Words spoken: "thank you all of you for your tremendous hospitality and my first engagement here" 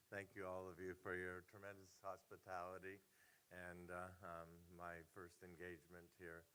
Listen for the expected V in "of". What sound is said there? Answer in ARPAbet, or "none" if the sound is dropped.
V